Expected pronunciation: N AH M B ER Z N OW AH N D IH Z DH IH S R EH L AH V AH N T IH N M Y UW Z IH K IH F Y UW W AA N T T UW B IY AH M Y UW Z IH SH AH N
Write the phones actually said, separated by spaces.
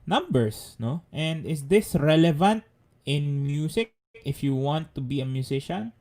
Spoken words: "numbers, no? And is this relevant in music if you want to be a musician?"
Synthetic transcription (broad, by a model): N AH M B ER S N OW AH N D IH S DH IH S R EH L AH V AH N T IH N M Y UW S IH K IH F Y UW W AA N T T UW B IY AH M Y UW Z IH SH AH N